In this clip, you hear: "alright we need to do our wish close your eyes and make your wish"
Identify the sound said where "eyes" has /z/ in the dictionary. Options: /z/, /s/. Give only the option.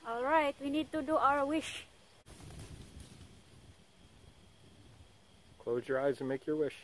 /z/